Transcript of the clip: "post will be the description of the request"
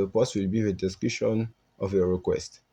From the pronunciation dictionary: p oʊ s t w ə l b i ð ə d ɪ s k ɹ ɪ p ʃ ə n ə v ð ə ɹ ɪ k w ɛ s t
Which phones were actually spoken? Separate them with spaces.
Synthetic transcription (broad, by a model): p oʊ s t w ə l b i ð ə d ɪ s k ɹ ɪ ʃ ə n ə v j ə ɹ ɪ k w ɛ s t